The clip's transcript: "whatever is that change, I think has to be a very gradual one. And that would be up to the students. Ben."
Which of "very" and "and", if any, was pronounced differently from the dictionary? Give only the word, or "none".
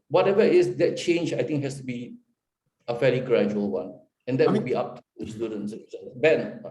very